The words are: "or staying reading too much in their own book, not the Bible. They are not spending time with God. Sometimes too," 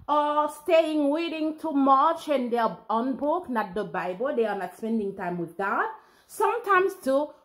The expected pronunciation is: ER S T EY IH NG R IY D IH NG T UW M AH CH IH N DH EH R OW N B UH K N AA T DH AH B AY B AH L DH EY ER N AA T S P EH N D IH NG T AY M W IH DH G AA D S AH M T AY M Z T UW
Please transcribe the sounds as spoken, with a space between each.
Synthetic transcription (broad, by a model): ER S T EY IH NG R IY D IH NG T UW M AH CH IH N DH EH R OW N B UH K N AA T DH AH B AY B AH L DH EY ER N AA T S P EH N D IH NG T AY M W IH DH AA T S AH M T AY M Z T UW